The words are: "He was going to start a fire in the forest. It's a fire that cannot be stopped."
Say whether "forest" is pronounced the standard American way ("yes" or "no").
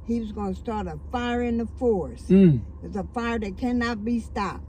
no